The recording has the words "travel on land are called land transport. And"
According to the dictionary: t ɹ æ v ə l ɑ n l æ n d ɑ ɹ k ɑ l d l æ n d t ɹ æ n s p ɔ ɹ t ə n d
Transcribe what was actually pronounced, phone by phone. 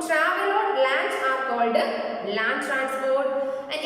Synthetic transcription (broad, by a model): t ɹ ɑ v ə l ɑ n l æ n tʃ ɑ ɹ k ɑ l d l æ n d t ɹ æ n s p ɔ ɹ t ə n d